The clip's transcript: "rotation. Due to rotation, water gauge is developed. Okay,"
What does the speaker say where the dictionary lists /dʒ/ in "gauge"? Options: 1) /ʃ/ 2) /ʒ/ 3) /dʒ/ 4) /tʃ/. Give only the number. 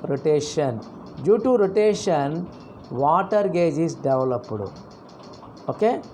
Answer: 3